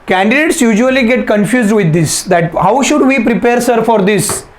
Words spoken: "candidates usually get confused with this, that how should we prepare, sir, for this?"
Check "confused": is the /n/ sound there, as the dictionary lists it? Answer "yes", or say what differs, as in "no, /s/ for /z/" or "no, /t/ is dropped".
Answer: yes